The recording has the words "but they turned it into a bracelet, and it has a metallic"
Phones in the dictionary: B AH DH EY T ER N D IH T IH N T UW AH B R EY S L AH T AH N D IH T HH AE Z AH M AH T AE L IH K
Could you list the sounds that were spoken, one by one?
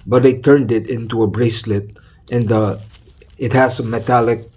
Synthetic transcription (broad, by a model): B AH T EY T ER N D IH T IH N T UW AH B R EY S L AH T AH N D IH T HH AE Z AH M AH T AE L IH K